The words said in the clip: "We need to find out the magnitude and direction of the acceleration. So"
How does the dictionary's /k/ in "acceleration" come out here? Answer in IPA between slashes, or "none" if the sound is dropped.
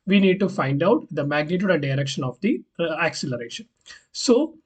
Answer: /k/